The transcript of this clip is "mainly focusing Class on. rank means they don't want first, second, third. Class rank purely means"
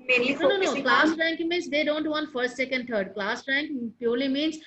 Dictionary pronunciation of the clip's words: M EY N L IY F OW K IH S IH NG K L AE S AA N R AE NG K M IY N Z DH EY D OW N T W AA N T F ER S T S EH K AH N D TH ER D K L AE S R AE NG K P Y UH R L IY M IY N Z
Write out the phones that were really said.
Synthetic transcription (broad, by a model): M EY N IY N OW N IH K L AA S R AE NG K M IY N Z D EY D OW N T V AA N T F ER S T S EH K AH N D T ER D K L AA S R AE NG K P Y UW R L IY M IY N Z